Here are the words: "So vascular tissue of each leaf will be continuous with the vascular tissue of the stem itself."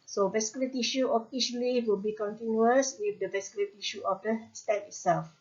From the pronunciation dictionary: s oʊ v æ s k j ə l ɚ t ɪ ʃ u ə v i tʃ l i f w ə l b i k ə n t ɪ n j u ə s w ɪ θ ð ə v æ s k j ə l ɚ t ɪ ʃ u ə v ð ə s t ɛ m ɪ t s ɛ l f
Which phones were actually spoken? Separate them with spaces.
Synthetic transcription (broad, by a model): s oʊ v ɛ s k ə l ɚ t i ʃ u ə f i ʃ l i w ə l b i k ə n t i n j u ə s w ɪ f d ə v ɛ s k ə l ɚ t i ʃ u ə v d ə s t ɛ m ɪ t s ɛ l f